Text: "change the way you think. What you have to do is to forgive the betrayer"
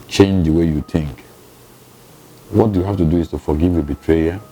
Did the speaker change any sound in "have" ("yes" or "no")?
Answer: yes